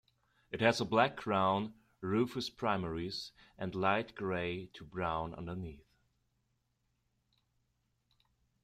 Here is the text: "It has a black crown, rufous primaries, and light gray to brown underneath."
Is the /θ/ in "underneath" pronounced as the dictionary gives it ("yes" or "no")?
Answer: yes